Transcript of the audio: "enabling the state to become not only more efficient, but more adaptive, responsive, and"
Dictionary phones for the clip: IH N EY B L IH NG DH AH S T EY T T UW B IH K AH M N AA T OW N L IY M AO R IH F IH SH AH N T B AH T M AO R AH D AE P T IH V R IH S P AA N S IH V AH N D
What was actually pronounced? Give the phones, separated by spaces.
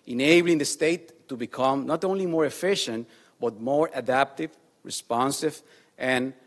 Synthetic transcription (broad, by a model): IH N EY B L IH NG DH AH S T EY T T UW B IH K AH M N AA T OW N L IY M AO R IH F IH SH AH N T B AH T M AO R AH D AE P T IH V R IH S P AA N S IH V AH N